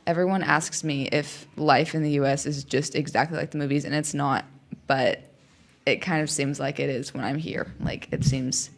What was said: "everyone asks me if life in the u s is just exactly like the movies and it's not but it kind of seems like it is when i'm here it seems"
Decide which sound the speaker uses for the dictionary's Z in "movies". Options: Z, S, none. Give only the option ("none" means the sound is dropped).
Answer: Z